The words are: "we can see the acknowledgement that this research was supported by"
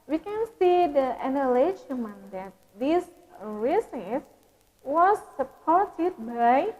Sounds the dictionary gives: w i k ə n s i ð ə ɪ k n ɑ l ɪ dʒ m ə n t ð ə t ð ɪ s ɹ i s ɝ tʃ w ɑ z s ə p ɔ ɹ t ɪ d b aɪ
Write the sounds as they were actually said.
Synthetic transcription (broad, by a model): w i k ə n s i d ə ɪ n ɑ l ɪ ʃ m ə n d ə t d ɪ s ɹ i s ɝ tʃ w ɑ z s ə p ɔ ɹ t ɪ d b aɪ